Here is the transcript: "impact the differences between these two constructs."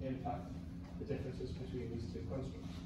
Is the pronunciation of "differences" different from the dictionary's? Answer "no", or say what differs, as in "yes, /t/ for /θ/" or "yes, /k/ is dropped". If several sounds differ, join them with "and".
no